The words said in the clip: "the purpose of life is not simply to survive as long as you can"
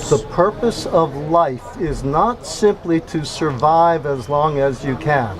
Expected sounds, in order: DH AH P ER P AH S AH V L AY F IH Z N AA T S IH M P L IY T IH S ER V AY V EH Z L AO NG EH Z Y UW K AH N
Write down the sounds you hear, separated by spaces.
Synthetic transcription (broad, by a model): DH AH P ER P AH S AH V L AY F IH Z N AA T S IH M P L IY T IH S ER V AY V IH Z L AO NG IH Z Y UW K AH N